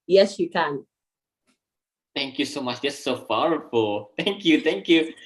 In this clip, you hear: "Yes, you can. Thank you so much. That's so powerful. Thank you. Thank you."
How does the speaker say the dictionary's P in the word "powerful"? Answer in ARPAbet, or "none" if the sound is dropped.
F